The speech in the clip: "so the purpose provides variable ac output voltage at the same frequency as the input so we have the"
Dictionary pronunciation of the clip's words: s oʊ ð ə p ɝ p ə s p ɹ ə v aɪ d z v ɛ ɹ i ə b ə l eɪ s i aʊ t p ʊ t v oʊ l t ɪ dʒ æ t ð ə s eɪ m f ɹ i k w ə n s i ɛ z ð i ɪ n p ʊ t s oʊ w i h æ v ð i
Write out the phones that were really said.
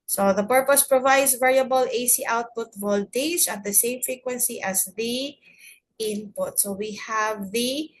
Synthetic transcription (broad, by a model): s oʊ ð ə p ɝ p ə s p ɹ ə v aɪ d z v ɛ ɹ i ə b ə l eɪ s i aʊ t p ʊ t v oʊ l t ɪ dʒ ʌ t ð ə s eɪ m f ɹ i k w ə n s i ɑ s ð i ɪ n p ʊ t s oʊ w i h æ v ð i